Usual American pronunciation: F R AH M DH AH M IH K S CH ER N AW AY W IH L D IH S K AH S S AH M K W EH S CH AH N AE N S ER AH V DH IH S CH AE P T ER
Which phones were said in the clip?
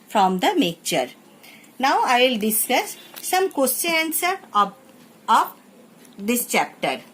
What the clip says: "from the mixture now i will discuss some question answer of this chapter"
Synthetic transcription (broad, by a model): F R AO M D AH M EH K CH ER N AW AY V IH L D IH S K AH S S AH M K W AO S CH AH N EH N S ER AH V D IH S CH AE P T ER